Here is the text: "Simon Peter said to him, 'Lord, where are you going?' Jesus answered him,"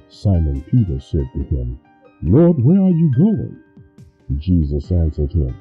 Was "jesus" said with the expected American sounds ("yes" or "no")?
yes